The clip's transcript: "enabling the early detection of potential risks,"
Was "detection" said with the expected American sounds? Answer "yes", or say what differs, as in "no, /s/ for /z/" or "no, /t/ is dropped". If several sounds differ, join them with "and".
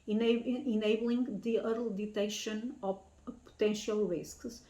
no, /k/ is dropped